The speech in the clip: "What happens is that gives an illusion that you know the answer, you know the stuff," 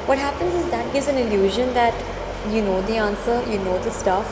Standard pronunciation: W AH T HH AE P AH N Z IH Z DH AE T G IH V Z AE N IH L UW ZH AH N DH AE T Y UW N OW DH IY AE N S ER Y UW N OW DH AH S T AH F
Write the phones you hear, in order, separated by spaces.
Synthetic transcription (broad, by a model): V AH T HH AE P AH N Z IH Z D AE T G IH V Z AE N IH L UW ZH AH N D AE T Y UW N OW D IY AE N S ER Y UW N OW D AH S T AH F